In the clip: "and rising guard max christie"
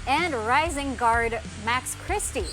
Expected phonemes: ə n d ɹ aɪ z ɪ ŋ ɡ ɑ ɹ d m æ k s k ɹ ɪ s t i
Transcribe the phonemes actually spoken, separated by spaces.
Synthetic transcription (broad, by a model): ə n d ɹ aɪ z ɪ ŋ ɡ ɑ ɹ d m æ k s k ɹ ɪ s t i